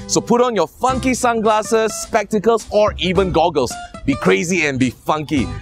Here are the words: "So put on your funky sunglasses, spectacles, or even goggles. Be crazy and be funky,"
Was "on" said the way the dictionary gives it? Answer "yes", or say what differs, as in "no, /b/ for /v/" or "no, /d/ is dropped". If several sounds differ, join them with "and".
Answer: yes